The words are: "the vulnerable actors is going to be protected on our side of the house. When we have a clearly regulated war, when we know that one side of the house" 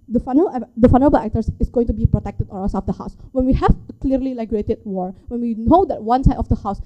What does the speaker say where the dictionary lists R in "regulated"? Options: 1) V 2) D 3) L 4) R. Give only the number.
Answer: 3